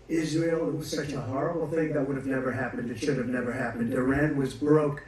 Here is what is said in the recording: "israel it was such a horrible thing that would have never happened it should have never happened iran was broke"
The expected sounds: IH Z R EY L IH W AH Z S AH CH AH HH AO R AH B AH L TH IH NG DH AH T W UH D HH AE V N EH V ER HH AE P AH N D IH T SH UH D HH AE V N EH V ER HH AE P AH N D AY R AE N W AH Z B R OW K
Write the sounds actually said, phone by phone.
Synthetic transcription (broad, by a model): IH Z R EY L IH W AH S AH CH AH HH AO R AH B L TH IH NG DH AH T W UH D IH V N EH V ER HH AE P AH N D IH T SH UH D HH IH V N EH V ER HH AE P AH N D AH R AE N W AH Z B R OW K